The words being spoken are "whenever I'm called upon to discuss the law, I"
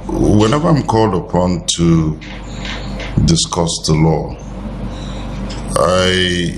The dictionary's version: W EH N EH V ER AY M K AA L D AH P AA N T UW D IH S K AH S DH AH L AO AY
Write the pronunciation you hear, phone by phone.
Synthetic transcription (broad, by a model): W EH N EH V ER AY M K AA L D AH P AA N T UW D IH S K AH S DH AH L AO AY